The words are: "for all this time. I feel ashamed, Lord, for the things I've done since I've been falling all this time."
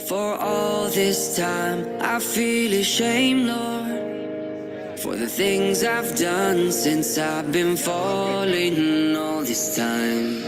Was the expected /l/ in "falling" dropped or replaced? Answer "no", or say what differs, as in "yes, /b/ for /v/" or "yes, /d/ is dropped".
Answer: no